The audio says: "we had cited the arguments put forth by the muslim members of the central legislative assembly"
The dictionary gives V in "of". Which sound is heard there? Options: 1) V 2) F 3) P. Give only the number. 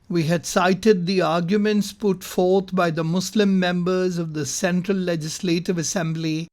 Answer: 1